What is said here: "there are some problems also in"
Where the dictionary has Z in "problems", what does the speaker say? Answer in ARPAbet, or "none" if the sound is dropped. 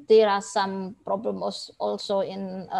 none